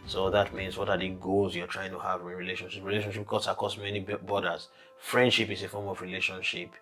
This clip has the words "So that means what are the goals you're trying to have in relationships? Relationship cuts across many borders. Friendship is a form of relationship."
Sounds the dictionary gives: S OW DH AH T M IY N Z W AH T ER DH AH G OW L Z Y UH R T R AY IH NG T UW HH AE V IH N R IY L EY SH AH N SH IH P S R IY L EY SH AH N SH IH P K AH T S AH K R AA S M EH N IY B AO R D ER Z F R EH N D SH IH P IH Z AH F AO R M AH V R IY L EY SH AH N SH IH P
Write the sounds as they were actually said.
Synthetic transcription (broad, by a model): S OW DH AH T M IY N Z W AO T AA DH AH G OW L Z Y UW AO T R AY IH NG T UW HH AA V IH R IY L EY SH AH N SH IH P R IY L EY SH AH N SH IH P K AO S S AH K AA S M EH N IY B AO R D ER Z F R EH N D SH IH P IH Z AH F AO R M AH V R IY L EY SH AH N SH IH P